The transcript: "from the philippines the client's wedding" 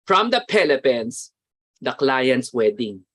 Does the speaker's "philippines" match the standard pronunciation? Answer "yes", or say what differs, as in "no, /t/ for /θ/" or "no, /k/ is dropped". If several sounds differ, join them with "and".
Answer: no, /p/ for /f/